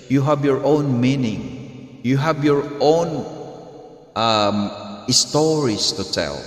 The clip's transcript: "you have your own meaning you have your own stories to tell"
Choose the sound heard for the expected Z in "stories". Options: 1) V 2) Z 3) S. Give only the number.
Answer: 3